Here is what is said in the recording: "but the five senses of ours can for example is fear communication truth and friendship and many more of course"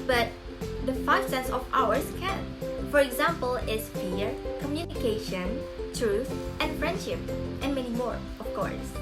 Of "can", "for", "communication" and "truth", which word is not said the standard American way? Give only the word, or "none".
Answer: none